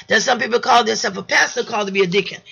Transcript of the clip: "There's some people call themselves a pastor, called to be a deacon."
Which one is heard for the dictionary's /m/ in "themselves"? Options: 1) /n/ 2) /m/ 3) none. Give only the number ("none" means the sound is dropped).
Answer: 3